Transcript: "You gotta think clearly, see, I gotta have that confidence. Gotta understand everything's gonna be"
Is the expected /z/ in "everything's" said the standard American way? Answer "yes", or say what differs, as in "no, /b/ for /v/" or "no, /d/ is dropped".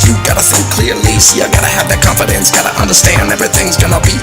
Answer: yes